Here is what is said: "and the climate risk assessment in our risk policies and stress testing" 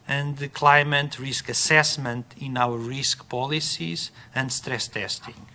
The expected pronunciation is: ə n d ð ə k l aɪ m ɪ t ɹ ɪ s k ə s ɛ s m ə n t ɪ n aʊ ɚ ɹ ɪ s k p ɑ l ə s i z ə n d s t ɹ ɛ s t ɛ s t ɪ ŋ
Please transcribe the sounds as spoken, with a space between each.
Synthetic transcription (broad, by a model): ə n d ð ə k l aɪ m ɪ t ɹ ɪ s k ə s ɛ s m ə n t ɪ n aʊ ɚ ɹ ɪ s k p ɑ l ə s i z ə n d s t ɹ ɛ s t ɛ s t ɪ ŋ